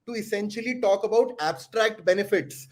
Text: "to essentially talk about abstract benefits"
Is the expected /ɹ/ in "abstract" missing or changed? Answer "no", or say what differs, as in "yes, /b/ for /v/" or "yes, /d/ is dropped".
no